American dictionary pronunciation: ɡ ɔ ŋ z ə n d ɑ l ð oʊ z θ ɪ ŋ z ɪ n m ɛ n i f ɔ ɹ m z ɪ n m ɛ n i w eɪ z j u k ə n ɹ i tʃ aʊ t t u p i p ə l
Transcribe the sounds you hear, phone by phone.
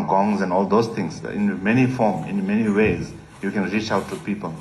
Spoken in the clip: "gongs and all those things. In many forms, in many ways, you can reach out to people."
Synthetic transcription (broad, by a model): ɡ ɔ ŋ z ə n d ɑ l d oʊ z t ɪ ŋ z ɪ n m ɛ n i f ɔ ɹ m ɪ n m ɛ n i w eɪ z j u k ə n ɹ i tʃ aʊ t t u p i p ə l